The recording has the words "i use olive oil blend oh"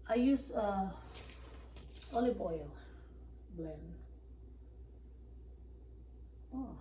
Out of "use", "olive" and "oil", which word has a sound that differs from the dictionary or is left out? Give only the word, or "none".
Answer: olive